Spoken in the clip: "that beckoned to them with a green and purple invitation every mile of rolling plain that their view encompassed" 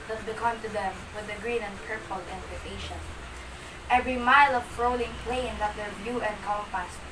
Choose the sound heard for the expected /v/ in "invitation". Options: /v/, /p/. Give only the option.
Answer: /p/